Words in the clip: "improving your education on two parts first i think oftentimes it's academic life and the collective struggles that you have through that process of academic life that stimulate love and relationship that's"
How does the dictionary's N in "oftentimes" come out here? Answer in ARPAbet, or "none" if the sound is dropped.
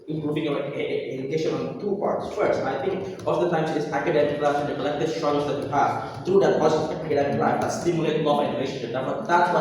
none